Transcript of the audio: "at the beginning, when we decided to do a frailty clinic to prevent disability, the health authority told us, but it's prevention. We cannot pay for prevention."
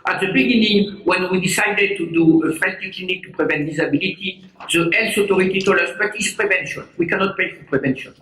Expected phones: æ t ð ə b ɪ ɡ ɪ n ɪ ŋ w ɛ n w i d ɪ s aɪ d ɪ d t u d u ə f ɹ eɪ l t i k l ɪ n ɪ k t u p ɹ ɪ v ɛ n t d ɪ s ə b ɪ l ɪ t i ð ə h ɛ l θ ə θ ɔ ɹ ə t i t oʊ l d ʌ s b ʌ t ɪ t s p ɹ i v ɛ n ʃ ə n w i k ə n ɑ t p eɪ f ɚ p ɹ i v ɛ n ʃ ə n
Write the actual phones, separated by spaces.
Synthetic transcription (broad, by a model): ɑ t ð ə b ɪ ɡ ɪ n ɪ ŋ w ɛ n w i d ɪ s aɪ d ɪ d t u d u ə f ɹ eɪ n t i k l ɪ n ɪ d t u p ɹ ɪ v ɛ n t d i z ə b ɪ l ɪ t i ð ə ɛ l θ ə t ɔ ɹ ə t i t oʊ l ʌ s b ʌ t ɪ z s p ɹ i v ɛ n ʃ ə n w i k ə n ɑ t p eɪ f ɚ p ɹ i v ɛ n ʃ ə n